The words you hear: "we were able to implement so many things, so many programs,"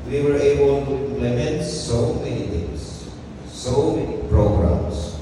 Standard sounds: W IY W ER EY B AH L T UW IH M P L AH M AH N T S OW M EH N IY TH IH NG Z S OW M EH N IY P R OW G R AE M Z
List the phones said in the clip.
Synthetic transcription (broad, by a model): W IY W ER EY B AH L T UW IH M P L AH M AH N T S OW M EH N IY T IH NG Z S OW M EH N IY P R OW G R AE M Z